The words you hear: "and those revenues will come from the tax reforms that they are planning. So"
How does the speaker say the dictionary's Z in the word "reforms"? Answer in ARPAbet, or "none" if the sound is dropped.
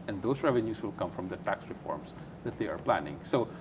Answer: S